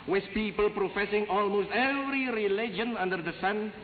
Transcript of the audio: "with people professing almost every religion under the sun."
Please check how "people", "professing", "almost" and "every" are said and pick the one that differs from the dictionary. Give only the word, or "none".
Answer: none